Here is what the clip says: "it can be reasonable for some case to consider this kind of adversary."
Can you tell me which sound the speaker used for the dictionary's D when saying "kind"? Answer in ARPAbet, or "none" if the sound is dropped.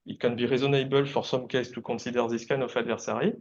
none